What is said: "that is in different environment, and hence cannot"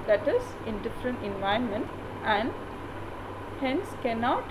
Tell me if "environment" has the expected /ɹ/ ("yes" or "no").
no